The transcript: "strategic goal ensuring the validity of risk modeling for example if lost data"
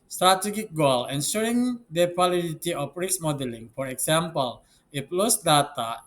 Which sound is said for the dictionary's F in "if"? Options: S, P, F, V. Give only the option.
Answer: P